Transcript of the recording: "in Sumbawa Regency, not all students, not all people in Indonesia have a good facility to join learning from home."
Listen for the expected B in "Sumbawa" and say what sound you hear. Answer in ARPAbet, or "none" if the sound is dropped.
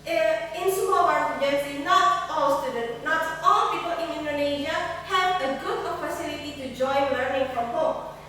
none